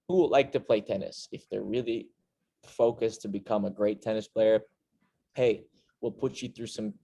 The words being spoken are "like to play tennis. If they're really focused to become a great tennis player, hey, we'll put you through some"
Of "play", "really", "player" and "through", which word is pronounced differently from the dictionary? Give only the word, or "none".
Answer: none